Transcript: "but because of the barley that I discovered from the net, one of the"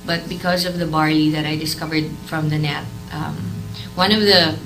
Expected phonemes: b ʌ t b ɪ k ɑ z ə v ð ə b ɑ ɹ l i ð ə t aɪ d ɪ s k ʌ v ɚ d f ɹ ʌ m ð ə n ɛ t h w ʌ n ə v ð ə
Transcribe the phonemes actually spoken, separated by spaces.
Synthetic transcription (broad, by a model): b ʌ t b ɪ k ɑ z ə v ð ə b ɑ ɹ i ð ə t aɪ d ɪ s k ʌ v ɚ d f ɹ ʌ m ð ə n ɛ t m w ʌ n ə v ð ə